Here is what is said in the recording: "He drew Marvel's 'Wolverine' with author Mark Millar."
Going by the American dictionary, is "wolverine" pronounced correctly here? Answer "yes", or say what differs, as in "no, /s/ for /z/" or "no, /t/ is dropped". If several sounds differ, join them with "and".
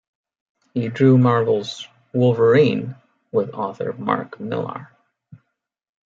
yes